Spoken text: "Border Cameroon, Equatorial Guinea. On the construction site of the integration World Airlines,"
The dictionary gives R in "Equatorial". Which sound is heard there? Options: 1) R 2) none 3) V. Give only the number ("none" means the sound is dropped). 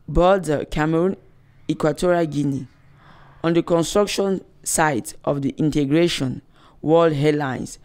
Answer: 1